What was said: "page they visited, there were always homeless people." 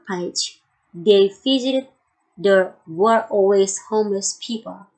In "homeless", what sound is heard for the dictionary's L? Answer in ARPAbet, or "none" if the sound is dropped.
L